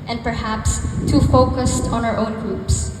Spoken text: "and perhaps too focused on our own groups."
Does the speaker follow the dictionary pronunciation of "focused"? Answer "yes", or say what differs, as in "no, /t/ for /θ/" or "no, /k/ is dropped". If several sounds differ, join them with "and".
yes